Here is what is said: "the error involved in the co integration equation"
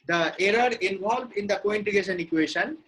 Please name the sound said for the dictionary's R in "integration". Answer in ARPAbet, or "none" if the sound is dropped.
none